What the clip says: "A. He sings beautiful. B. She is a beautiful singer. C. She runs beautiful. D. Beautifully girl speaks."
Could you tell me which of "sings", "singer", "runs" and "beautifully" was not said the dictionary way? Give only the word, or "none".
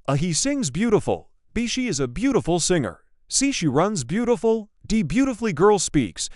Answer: none